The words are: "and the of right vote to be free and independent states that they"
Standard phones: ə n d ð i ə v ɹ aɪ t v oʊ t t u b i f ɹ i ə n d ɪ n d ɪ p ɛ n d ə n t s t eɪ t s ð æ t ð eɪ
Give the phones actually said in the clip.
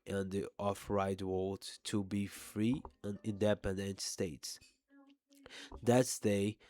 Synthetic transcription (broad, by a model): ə n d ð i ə f ɹ aɪ t w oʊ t t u b i f ɹ i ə n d ɪ n d ɪ p ɛ n d ə n t s t eɪ t s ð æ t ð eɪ